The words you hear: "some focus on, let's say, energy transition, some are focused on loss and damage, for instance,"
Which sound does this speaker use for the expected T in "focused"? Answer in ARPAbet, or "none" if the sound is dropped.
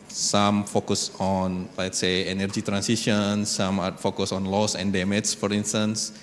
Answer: none